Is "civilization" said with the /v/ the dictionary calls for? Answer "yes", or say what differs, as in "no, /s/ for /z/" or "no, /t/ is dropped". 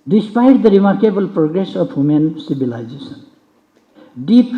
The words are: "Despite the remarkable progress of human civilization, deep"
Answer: no, /b/ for /v/